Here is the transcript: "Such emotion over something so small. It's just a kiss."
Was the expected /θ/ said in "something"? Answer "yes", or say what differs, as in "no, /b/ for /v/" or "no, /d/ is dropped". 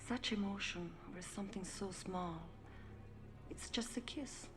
yes